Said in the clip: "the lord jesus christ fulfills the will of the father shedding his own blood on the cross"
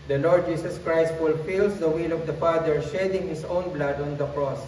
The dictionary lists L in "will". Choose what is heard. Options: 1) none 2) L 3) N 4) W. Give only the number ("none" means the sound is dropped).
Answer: 2